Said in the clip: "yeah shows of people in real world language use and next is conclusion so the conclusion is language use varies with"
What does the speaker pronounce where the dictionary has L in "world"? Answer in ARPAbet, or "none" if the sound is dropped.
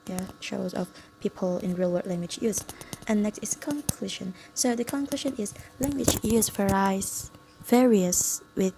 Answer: none